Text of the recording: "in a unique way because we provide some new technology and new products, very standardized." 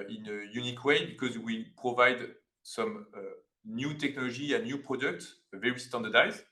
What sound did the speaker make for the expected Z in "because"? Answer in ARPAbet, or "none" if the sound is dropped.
Z